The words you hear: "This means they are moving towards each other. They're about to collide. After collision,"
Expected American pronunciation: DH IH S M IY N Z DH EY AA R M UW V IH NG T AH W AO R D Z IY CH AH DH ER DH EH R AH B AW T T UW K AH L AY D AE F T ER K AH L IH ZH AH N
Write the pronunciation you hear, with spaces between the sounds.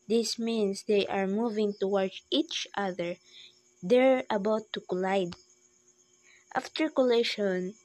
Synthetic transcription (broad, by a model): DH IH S M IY N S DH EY AA R M UW V IH NG T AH W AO R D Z IY CH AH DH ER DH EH R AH B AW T T UW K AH L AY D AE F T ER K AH L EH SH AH N